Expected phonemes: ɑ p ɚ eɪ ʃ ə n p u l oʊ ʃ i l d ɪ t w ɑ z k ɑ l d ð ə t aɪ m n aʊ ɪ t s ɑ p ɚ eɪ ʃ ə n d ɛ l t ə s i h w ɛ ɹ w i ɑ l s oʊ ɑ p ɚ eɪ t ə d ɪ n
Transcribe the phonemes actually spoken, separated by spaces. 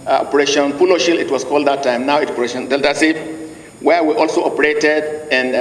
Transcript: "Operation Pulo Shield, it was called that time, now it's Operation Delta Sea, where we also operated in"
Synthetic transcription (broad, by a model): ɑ p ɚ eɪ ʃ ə n p u l oʊ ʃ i l ɪ t w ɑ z k ɑ l d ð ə t aɪ m n aʊ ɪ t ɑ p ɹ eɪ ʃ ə n d ɛ l t ə s i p w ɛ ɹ w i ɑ l s oʊ ɑ p ɚ eɪ t ə d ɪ n